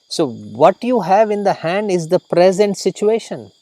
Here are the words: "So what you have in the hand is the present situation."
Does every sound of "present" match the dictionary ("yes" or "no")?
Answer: yes